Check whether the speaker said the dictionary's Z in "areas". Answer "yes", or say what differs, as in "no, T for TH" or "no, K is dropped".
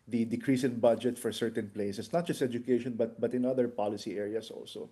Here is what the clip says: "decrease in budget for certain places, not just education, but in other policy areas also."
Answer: no, S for Z